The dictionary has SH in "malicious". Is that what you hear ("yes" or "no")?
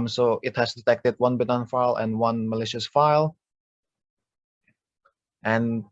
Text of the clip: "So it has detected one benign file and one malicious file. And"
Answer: yes